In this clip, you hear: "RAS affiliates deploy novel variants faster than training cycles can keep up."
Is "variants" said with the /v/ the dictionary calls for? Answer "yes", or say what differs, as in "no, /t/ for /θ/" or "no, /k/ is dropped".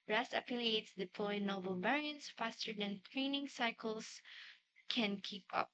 no, /b/ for /v/